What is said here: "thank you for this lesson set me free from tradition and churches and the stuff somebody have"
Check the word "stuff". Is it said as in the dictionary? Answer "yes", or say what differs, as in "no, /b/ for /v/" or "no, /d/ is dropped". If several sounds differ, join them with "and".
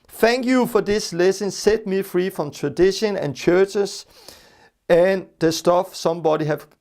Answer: yes